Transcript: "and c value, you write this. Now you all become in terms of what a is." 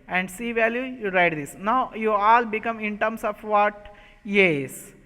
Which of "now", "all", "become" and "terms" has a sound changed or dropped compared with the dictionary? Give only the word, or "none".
terms